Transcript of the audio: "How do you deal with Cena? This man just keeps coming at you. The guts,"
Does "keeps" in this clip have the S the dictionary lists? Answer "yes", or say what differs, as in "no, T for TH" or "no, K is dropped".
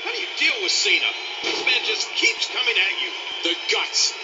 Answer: yes